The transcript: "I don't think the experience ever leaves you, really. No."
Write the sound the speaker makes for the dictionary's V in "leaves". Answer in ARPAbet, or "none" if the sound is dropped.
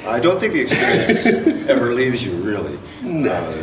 V